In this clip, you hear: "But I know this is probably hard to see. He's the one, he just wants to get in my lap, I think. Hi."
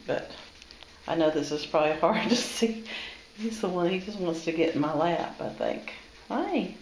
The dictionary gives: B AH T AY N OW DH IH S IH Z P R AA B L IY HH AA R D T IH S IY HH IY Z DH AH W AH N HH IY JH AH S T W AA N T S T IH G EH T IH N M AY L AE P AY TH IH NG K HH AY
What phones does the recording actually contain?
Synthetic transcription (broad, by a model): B AH T AY N OW DH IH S IH Z P R AA B L IY HH AA R D T IH S IY HH IY Z DH AH W AH N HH IY JH AH S T W AA N T S T IH G EH T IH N M AY L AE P AY TH IH NG K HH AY